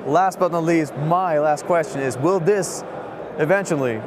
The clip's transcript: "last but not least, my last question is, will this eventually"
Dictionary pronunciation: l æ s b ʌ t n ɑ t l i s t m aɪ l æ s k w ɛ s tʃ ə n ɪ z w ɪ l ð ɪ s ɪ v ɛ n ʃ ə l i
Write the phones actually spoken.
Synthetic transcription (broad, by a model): l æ s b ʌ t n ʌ l i s t m aɪ l æ s k w ɛ s tʃ ə n ɪ z w ɪ l ð ɪ s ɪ v ɛ n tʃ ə l i